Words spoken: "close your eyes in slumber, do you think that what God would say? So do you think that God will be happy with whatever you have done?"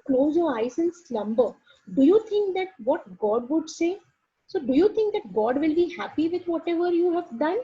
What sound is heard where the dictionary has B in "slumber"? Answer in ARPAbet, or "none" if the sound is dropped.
B